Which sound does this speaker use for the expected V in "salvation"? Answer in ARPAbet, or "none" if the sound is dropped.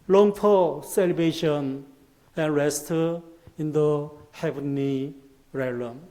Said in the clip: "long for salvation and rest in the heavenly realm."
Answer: B